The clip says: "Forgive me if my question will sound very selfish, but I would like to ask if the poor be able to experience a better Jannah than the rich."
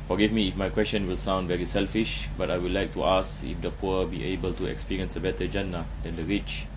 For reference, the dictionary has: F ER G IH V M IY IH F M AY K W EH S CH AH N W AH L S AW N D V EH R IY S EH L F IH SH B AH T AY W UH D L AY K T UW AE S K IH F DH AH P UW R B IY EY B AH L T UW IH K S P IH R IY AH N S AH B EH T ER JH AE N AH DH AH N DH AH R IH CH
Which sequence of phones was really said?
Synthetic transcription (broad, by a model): F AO G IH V M IY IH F M AY K W EH S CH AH N W AH L S AW N D V EH R IY S EH L F IH SH B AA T AY W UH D L AY K T UW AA S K IH F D AH P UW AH B IY EY B AH L T UW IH K S P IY R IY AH N S AH B EH T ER JH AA N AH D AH N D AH R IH CH